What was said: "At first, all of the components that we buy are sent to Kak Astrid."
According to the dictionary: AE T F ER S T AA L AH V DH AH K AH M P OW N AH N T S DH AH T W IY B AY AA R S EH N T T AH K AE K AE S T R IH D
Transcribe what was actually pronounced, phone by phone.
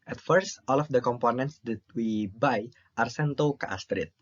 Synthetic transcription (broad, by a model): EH T F ER S T AA L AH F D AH K AH M P OW N AH N T S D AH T W IY B AY AA R S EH N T T AH K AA AA S T R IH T